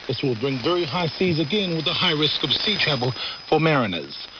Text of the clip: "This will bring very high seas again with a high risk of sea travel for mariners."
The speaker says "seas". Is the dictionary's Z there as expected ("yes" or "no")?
yes